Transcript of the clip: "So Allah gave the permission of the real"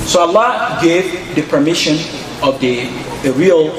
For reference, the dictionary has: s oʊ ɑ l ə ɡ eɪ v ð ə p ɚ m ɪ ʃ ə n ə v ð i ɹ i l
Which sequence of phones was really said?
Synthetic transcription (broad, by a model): s oʊ ɑ l ə ɡ eɪ v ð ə p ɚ m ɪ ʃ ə n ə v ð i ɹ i l